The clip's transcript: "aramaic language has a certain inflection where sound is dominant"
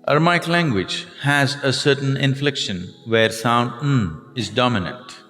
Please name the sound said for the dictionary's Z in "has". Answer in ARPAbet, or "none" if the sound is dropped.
Z